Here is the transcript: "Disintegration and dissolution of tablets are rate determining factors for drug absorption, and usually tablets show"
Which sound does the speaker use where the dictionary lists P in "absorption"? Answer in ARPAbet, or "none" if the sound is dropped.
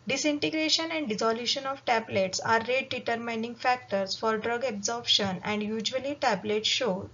B